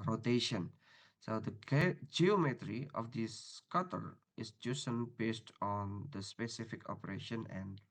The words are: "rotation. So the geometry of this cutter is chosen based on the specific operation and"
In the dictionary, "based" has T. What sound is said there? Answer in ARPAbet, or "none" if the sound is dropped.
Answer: T